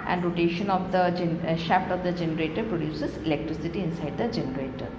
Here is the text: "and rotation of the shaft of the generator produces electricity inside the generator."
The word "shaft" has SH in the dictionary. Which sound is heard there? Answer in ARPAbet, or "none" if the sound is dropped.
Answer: SH